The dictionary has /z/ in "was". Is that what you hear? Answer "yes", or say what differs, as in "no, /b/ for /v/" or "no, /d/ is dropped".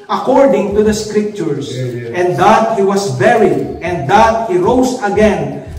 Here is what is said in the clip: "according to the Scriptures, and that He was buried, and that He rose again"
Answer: no, /s/ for /z/